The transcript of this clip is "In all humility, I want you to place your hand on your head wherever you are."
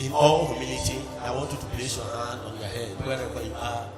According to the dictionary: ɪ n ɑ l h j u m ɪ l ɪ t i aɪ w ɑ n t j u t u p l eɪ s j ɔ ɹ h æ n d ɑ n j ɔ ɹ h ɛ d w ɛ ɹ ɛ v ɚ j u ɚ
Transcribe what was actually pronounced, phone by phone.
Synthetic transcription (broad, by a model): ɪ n ɑ l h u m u n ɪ t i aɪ w ɑ n t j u t u p l eɪ s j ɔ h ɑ n d ɑ n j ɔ h ɛ d w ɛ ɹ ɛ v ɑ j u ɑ